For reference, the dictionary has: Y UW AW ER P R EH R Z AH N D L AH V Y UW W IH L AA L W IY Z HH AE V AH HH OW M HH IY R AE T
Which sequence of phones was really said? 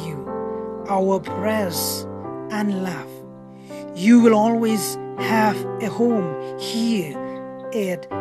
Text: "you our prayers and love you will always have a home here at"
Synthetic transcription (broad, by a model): Y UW AW ER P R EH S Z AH N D L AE F Y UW W IH L AA L W IY Z HH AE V AH HH OW M HH IY R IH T